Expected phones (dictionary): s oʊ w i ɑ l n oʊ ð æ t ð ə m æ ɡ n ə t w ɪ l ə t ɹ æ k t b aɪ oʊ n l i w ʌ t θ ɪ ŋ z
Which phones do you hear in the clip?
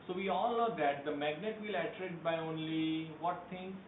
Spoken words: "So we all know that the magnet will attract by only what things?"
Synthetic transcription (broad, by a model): s oʊ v i ɑ l n oʊ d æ t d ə m æ ɡ n ə t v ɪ l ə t ɹ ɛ t b aɪ oʊ n l i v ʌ t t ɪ ŋ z